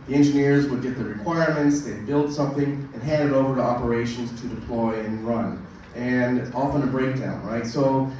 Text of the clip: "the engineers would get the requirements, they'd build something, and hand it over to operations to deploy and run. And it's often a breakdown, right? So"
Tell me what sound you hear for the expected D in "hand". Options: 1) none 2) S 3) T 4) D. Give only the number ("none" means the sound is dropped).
4